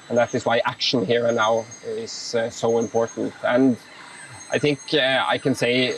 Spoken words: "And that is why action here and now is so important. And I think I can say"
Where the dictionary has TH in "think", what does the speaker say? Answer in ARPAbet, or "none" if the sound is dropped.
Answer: TH